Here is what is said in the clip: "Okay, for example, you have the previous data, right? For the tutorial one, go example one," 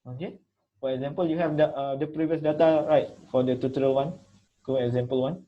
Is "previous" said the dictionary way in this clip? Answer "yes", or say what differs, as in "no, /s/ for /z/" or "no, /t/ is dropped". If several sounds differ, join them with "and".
yes